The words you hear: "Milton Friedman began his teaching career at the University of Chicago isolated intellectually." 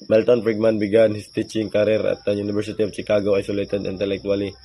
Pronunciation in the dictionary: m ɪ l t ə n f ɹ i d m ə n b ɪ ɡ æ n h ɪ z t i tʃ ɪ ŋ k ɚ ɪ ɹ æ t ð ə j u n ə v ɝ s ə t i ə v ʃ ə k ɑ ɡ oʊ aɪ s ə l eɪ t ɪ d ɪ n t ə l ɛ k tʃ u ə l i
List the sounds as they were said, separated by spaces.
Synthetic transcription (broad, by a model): m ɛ l t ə n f ɹ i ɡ m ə n b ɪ ɡ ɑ n h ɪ s t i tʃ ɪ ŋ k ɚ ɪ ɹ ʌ t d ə j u n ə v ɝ s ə t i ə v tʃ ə k ɑ ɡ oʊ aɪ s ə l eɪ t ɪ d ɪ n t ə l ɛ k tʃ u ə l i